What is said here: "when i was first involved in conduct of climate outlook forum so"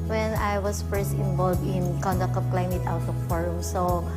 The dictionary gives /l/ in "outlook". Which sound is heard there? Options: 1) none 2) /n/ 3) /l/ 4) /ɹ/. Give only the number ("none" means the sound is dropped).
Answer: 1